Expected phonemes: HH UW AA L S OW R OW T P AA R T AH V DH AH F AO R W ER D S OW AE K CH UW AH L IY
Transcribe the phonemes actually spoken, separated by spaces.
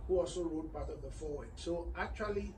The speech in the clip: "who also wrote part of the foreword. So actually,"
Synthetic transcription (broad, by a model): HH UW AA L S OW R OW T B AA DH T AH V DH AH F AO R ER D S OW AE K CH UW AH L IY